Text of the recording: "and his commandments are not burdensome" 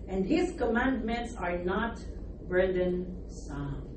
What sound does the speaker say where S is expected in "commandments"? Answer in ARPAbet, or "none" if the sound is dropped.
S